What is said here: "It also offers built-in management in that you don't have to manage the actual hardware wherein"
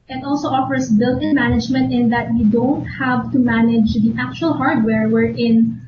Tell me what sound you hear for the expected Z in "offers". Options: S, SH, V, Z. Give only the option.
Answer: S